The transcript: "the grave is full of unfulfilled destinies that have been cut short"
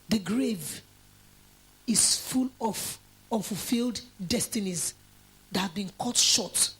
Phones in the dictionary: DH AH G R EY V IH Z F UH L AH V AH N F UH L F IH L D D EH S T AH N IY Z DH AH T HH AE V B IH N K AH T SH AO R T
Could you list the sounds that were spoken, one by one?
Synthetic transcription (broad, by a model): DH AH G R EY V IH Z F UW L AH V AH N F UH L F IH L D D EH S T AH N IY Z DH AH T HH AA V B IH N K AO T SH AO T